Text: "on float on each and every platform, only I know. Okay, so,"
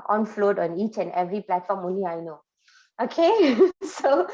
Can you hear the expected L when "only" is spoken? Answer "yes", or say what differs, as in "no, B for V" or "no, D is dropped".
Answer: no, L is dropped